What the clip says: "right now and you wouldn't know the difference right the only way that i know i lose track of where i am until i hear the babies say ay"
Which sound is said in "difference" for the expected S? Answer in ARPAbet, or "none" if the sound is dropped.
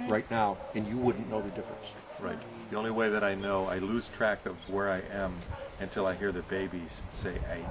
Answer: S